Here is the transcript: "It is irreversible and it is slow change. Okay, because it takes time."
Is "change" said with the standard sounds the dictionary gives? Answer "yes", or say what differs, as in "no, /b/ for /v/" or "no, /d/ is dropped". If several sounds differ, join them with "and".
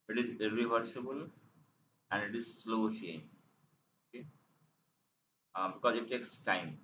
no, /dʒ/ is dropped